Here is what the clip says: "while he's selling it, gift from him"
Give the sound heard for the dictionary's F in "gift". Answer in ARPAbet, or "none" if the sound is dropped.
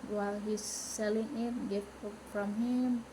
none